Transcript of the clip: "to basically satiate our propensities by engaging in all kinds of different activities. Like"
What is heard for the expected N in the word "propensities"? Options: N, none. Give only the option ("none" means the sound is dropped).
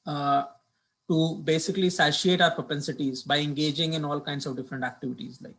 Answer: N